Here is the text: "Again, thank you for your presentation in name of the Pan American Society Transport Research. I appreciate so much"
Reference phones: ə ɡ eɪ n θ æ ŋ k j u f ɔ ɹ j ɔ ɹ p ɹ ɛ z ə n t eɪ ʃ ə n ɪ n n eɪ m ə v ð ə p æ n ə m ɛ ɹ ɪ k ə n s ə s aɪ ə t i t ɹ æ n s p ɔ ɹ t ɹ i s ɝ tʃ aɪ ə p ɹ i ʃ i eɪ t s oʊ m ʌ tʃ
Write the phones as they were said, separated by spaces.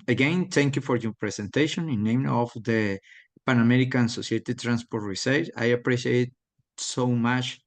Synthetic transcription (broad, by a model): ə ɡ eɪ n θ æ ŋ k j u f ɔ ɹ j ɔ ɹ p ɹ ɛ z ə n t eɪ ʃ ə n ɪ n n eɪ m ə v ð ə p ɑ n ə m ɛ ɹ ɪ k ə n s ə s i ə t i t ɹ æ n s p ɔ ɹ t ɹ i s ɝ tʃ aɪ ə p ɹ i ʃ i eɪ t s oʊ m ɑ tʃ